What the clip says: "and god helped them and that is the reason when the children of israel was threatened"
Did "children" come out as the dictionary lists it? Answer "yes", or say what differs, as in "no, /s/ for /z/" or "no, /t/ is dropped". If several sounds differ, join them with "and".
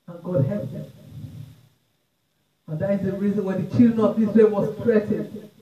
no, /ɹ/ is dropped